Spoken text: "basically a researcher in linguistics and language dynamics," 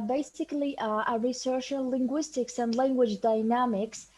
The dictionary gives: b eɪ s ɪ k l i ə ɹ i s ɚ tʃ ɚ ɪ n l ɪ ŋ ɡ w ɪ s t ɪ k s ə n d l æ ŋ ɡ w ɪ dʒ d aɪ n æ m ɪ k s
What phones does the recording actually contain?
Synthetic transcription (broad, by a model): b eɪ s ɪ k l i ə ɹ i s ɚ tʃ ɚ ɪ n l ɪ ŋ ɡ w ɪ s t ɪ k s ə n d l æ ŋ ɡ w ɪ dʒ d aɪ n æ m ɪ k s